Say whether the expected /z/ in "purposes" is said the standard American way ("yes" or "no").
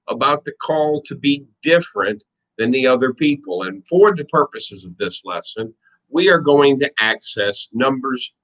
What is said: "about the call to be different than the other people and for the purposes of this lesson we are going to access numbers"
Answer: yes